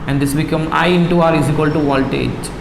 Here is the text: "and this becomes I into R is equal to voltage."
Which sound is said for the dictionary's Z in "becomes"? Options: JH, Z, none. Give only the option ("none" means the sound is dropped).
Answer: none